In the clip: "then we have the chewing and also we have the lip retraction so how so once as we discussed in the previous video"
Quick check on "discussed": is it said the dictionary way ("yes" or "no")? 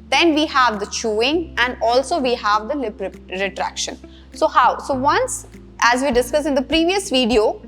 no